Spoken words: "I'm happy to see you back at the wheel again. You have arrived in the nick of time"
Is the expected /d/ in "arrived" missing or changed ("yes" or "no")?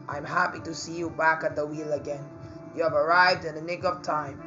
no